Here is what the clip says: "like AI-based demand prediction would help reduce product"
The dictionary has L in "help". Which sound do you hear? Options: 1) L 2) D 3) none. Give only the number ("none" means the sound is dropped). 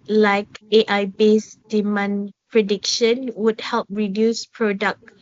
1